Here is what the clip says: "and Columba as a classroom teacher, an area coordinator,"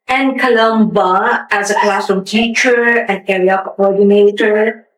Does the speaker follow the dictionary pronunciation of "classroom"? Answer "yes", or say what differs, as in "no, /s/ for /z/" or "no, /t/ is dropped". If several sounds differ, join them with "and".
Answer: no, /ɹ/ is dropped